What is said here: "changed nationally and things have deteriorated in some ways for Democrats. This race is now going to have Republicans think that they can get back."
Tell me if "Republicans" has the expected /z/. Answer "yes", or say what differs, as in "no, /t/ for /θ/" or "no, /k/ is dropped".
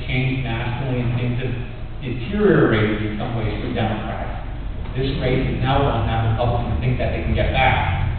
no, /z/ is dropped